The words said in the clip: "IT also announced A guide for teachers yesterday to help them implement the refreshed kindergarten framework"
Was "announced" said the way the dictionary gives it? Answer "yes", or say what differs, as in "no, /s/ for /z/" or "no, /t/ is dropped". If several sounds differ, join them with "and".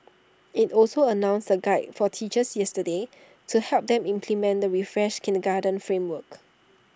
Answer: no, /t/ is dropped